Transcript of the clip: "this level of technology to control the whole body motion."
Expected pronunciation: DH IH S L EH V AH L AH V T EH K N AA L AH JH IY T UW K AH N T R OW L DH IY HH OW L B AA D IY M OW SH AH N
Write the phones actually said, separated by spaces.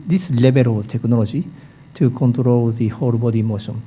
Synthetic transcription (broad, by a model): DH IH S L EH B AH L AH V T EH K N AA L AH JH IY T UW K AH N T R OW L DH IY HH OW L B AA D IY M OW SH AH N